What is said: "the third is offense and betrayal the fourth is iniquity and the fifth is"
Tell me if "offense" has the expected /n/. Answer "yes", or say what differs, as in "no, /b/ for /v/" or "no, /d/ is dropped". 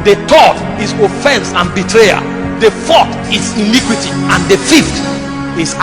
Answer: yes